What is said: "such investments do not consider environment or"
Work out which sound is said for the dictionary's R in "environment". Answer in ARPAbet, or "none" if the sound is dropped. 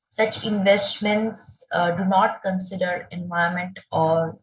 none